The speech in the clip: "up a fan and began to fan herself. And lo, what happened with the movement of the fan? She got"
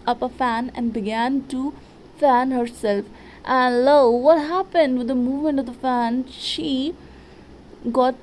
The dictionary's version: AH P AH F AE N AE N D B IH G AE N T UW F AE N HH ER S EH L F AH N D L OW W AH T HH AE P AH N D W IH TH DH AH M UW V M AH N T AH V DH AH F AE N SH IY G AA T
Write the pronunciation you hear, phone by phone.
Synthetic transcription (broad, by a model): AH P AH F AE N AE N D B IH G AE N T UW F AE N HH ER S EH L F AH N L OW W AH T HH AE P AH N D W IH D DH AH M UW V M AH N T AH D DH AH F AE N SH IY G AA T